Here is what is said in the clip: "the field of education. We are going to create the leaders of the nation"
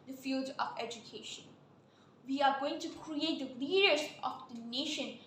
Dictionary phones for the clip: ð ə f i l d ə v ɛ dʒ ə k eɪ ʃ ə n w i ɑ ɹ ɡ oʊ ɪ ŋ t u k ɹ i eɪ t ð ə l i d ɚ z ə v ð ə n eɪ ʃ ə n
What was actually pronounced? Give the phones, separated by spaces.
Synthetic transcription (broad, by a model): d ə f i l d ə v ɛ dʒ ə k eɪ ʃ ə n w i ɑ ɹ ɡ oʊ ɪ ŋ t u k ɹ i eɪ t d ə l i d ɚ s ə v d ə n eɪ ʃ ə n